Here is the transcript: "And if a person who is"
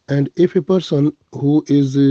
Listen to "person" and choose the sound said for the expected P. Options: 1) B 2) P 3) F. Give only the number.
2